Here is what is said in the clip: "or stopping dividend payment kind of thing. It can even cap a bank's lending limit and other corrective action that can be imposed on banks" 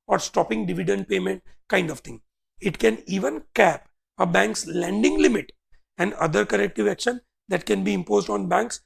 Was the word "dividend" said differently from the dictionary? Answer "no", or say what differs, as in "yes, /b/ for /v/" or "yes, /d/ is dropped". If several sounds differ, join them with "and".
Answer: no